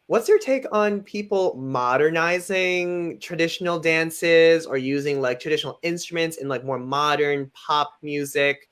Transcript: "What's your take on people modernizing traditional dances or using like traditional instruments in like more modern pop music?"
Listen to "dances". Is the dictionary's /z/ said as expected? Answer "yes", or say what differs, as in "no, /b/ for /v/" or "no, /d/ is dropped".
yes